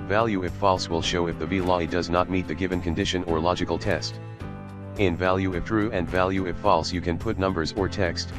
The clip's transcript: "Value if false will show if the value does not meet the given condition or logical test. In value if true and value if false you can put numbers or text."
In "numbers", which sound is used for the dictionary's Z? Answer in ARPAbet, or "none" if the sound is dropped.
Z